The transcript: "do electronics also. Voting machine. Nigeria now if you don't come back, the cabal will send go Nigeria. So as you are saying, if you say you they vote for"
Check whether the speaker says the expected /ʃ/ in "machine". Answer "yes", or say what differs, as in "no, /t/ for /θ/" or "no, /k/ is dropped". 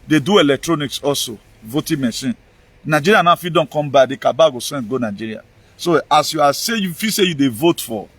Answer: no, /s/ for /ʃ/